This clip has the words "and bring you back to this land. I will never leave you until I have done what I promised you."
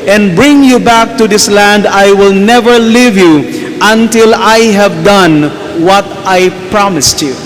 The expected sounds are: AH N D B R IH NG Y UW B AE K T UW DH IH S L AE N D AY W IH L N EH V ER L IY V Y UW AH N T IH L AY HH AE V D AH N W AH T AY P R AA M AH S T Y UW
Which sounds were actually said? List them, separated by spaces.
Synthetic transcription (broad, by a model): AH N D B R IH NG Y UW B AE K T UW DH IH S L AE N D AY W IH L N EH V ER L IY V Y UW AH N T IH L AY HH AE V D AH N W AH T AY P R AA M AH S T Y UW